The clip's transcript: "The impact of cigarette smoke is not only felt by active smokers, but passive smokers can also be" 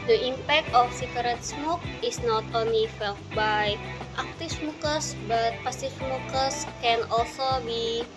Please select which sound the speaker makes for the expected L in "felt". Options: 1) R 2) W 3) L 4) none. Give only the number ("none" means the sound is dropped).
3